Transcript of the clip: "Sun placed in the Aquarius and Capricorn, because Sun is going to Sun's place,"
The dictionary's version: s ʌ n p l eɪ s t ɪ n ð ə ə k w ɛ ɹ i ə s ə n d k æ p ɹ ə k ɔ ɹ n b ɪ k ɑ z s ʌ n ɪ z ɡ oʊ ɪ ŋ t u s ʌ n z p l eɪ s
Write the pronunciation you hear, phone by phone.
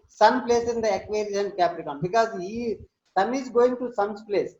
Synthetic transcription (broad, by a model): s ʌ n p l eɪ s ɪ n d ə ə k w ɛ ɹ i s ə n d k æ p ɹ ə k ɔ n b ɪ k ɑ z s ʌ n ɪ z ɡ oʊ ɪ ŋ t u s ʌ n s p l eɪ s